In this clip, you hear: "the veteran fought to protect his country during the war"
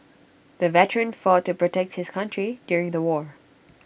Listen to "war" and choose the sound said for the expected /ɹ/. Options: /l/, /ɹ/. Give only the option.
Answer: /ɹ/